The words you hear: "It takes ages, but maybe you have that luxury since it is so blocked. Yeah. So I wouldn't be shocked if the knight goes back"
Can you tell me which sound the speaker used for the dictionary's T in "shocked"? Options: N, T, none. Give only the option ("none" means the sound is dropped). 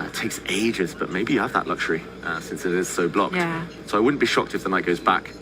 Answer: T